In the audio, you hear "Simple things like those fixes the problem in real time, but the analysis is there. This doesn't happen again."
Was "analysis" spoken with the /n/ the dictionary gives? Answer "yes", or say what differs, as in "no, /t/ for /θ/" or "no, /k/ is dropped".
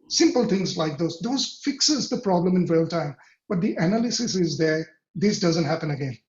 yes